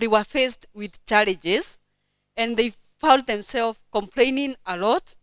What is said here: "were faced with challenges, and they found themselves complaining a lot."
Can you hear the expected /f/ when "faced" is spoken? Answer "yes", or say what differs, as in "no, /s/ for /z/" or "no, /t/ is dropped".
yes